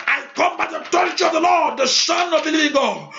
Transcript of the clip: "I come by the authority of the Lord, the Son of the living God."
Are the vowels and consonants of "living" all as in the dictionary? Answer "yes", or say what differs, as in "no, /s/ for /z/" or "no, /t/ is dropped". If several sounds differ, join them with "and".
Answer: no, /v/ is dropped